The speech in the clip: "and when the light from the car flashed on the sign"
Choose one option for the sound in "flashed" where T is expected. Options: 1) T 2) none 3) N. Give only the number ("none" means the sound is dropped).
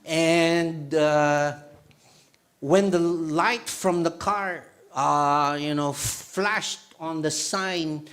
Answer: 1